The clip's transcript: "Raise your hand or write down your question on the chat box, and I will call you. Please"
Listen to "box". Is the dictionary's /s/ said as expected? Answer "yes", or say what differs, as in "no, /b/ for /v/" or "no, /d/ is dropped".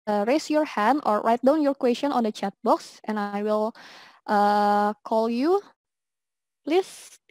yes